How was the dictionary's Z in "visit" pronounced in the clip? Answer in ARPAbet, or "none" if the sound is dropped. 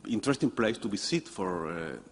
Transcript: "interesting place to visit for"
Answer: S